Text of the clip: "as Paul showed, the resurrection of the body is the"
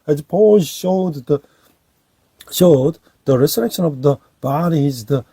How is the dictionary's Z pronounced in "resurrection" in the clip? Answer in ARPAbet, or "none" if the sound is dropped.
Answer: S